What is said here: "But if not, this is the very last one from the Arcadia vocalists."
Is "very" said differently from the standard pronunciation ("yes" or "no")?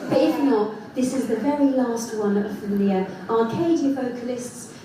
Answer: no